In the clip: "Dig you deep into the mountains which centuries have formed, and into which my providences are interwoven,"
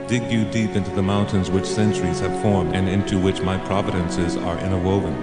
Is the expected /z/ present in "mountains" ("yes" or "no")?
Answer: yes